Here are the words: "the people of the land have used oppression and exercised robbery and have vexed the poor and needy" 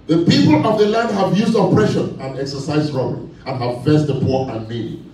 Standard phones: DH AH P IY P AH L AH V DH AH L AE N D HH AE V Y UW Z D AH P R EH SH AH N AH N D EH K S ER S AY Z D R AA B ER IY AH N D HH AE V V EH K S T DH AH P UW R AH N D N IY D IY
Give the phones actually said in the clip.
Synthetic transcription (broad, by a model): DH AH P IY P AH L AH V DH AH L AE N D HH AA V Y UW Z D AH P R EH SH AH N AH N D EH K S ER S AY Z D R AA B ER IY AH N HH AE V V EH S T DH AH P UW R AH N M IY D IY